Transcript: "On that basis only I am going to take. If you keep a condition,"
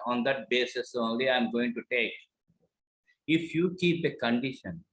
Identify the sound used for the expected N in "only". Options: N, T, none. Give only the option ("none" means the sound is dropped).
N